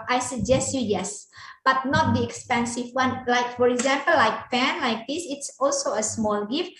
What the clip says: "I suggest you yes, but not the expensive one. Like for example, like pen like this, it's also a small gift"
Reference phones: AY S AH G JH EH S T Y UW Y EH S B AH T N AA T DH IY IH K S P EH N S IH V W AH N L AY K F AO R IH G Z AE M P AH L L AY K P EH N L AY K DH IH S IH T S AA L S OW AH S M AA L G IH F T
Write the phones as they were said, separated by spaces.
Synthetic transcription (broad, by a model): AY S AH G JH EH S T Y UW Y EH S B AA T N AA T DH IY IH K S P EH N S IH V W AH N L AY K F AO R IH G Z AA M P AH L L AY K F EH N L AY K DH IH S IH T S AA L S OW AH S M AA L G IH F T